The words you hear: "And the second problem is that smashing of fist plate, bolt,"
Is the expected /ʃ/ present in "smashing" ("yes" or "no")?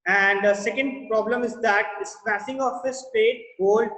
no